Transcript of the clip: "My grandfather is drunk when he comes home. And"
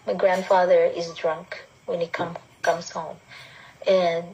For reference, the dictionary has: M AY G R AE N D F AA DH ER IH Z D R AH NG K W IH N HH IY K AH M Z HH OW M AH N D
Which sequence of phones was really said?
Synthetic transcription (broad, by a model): M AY G R AE N D F AA DH ER IH Z D R AH NG K W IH N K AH K AH M Z HH OW M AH N